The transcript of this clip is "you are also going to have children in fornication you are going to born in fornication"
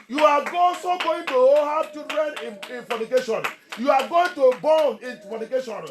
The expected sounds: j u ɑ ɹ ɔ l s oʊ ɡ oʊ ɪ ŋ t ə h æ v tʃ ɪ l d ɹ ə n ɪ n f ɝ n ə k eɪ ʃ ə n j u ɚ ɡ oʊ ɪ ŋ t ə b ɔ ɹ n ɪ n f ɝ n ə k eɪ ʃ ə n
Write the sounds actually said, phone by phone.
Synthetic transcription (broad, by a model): j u ɑ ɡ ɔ s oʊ ɡ oʊ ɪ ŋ t ə h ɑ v tʃ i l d ɹ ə n ɪ n f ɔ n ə k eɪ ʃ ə n j u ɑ ɡ oʊ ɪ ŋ t ə b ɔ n ɪ n f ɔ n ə k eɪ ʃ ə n